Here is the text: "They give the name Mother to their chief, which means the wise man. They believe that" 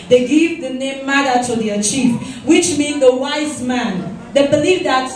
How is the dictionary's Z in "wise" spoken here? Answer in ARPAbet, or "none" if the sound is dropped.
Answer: Z